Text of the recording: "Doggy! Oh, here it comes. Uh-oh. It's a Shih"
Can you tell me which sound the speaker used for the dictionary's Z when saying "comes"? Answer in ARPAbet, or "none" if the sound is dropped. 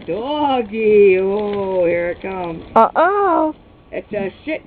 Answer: none